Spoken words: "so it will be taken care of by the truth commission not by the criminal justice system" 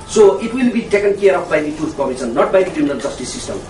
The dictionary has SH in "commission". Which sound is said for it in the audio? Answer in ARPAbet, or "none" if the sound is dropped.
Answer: S